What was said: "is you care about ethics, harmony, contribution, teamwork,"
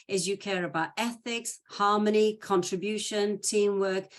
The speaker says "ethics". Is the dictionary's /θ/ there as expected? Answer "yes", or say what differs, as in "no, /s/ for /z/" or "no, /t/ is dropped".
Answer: yes